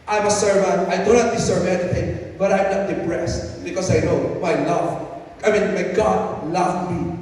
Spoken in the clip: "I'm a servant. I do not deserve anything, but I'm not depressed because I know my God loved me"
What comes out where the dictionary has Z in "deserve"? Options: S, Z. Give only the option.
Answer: S